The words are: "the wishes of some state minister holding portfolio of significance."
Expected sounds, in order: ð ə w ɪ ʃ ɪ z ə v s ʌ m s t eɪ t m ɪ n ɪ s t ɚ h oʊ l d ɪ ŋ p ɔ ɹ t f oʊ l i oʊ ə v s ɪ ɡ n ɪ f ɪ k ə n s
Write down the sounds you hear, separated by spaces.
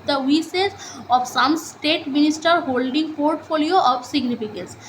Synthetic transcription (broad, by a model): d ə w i s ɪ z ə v s ʌ m s t eɪ t m ɪ n ɪ s t ɚ h oʊ l d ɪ ŋ p ɔ ɹ t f oʊ l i oʊ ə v s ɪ ɡ n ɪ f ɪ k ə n s